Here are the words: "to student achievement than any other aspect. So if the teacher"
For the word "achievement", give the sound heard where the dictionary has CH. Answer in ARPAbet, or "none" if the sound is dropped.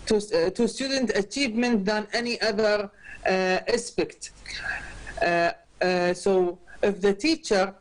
CH